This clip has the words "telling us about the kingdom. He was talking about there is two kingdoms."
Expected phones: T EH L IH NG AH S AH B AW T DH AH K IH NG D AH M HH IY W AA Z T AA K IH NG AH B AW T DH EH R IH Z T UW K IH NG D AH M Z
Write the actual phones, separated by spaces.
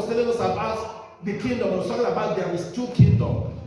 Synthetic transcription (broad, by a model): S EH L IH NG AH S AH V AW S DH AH K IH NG D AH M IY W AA S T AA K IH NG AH B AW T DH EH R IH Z T UW K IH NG D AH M